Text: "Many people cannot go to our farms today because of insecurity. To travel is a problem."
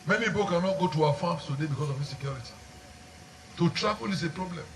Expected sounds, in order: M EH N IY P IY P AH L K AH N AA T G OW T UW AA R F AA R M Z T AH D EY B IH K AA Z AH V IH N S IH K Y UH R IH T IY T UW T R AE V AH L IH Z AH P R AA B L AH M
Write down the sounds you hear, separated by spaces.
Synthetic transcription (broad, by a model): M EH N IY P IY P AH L K AH N AA T G OW T UW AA F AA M S T AH D EY B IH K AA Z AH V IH S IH K Y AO R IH T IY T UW T R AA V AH L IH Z AH P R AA B L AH M